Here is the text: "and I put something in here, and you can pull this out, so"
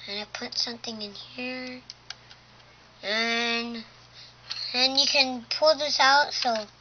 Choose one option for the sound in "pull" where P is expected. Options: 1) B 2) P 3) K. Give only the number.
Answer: 2